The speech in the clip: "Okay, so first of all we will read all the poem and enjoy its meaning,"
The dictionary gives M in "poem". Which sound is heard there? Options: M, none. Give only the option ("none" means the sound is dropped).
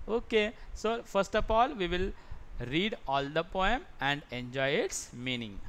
M